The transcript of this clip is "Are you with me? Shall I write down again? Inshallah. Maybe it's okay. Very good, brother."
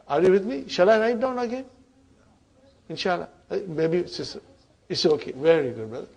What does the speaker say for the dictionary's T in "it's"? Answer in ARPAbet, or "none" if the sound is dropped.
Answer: S